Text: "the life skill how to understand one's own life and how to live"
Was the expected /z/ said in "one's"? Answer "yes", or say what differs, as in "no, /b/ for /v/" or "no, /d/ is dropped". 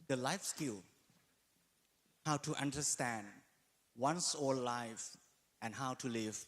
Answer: no, /s/ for /z/